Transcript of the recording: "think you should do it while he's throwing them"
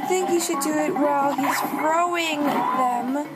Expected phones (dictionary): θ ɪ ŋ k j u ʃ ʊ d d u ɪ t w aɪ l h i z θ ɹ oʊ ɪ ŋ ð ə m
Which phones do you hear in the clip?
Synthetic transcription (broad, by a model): θ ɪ ŋ k j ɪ ʃ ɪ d d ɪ ɪ t w aɪ l h i z f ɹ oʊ ɪ ŋ ð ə m